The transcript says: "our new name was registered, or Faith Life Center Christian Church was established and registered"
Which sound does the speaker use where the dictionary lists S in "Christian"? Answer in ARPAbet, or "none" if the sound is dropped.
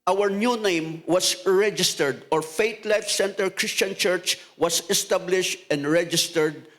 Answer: S